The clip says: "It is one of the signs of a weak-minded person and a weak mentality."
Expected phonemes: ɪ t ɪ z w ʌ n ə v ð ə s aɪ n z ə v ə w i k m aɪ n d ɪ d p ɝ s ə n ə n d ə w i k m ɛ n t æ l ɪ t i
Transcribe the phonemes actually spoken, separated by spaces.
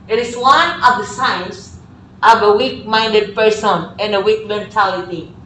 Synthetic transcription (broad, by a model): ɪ t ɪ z w ʌ n ə v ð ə s aɪ n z ə v ə w i k m aɪ n d ɪ d p ɝ s ə n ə n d ə w i k m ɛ n t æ l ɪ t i